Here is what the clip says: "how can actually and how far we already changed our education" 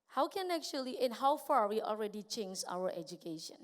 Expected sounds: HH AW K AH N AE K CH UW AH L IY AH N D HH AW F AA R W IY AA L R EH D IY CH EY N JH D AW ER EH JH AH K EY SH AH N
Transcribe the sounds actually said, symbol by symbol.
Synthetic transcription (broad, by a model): HH AW K AH N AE K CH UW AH L IY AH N HH AW F AA R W IY AA L R EH D IY CH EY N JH AW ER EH JH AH K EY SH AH N